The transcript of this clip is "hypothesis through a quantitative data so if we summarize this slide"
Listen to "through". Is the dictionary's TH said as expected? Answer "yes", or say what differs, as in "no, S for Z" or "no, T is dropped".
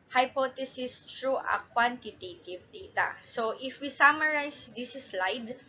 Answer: no, T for TH